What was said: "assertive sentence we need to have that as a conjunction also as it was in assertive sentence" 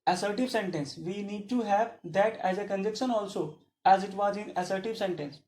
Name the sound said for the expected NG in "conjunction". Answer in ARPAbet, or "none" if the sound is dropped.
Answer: none